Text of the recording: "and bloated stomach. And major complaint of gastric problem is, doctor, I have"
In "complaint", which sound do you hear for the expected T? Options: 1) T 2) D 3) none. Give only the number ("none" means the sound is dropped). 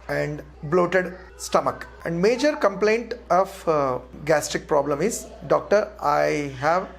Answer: 1